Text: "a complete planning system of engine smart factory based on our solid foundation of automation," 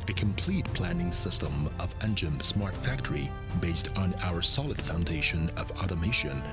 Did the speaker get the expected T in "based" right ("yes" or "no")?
yes